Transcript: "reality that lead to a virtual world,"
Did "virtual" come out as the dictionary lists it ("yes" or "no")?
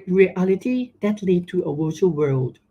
no